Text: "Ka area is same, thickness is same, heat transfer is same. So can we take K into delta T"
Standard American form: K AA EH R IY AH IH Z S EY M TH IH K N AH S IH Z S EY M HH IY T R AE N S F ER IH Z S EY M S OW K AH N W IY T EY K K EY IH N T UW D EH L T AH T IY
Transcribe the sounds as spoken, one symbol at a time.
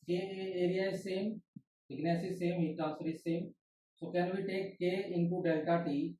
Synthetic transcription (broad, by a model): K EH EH R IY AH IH S EY M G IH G N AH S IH S EY M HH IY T AE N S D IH S EY M S OW K AH N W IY T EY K K EY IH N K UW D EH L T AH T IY